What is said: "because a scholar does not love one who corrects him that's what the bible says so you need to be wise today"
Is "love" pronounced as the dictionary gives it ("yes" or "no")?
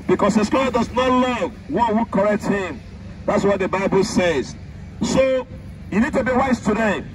yes